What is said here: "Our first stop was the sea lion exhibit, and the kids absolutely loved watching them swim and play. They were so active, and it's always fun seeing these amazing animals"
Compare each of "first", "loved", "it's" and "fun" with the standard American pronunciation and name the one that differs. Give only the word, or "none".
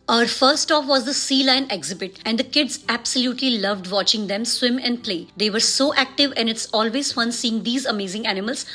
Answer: first